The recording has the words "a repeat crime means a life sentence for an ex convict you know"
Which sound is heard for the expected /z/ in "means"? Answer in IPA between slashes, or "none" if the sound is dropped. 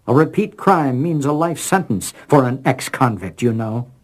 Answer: /z/